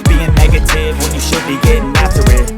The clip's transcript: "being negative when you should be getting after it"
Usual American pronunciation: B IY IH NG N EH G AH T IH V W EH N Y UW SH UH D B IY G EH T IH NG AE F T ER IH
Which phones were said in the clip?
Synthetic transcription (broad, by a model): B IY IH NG N EH G AH T IH V W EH N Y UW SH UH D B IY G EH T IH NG AE F T ER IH